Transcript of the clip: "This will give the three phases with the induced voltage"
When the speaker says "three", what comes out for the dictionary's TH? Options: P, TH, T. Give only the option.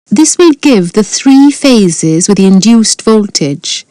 TH